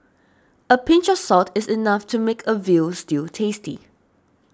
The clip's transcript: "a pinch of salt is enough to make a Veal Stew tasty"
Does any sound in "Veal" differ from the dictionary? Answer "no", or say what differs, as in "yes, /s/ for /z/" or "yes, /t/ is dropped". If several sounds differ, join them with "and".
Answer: no